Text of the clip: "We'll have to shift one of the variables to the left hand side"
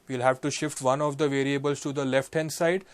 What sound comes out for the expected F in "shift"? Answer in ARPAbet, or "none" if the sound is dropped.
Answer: F